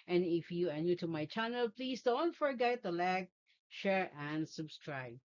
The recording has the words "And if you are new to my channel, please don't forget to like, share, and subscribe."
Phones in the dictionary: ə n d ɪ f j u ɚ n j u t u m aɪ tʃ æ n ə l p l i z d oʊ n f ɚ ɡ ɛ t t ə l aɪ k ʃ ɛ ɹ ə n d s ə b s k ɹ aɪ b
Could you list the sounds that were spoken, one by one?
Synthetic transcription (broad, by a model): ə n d ɪ f j u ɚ n j u t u m aɪ tʃ æ n ə l p l i s d oʊ n f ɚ ɡ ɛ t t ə l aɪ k ʃ ɛ ɹ ə n d s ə b s k ɹ aɪ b